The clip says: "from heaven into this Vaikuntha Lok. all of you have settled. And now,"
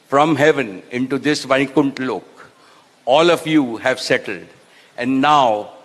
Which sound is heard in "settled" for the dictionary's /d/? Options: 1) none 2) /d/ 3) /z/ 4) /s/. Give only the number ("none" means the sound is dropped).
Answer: 2